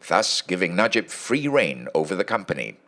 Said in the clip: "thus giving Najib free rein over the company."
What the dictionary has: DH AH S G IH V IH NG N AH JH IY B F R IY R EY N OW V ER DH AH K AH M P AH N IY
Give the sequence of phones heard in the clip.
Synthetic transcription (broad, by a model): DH AH S G IH V IH NG N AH JH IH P F R IY R EY N OW V ER DH AH K AH M P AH N IY